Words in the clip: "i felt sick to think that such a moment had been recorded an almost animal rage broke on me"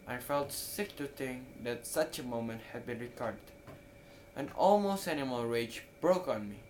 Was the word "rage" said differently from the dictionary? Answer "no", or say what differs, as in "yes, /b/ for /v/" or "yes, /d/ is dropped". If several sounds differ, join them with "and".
no